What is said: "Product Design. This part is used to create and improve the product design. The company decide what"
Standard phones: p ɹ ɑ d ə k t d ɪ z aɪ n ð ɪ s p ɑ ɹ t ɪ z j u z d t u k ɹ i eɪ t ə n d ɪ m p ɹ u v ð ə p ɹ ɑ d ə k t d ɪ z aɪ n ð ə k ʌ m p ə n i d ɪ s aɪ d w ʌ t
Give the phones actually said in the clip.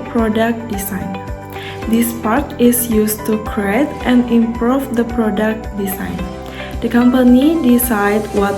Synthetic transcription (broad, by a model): p ɹ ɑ d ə k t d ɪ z aɪ n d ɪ s p ɑ ɹ t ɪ s j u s t u k ɹ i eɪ t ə n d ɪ m p ɹ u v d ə p ɹ ɑ d ə k t d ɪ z aɪ n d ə k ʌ m p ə n i d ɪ s aɪ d w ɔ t